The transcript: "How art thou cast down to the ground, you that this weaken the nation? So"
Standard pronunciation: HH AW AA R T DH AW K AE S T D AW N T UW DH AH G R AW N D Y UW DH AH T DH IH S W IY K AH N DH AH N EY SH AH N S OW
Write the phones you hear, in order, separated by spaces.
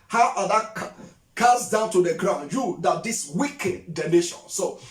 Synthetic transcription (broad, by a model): HH AW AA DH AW K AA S D AW N T UW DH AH G R AW N D Y UW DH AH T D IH S W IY K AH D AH N EY SH AH N S OW